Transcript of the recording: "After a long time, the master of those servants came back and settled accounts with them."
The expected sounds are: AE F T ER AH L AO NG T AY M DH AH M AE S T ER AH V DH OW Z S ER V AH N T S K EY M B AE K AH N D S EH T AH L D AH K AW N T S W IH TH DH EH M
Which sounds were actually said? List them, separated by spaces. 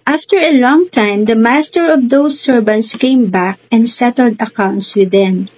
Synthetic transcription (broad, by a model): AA F T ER AH L AO NG T AY M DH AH M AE S T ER AH V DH OW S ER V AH N T S K EY M B AE K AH N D S EH T AH L D AH K AW N T S W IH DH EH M